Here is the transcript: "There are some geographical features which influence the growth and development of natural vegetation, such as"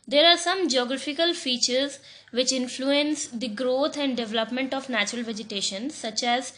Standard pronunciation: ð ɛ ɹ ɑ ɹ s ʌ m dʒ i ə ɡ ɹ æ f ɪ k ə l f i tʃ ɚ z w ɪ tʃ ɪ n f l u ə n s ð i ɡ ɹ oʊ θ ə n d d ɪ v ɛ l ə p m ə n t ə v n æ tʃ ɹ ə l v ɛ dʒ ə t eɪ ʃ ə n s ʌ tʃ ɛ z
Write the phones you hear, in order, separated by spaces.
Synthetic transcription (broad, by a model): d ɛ ɹ ɑ ɹ s ʌ m dʒ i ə ɡ ɹ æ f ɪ k ə l f i tʃ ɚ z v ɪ tʃ ɪ n f l u ə n s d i ɡ ɹ oʊ t ə n d d ɪ v ɛ l ə p m ə n t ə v n æ tʃ ɹ ə l v ɛ dʒ ə t eɪ ʃ ə n s ʌ tʃ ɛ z